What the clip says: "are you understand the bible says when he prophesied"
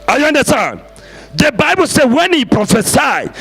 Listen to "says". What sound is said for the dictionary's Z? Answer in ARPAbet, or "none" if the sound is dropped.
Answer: none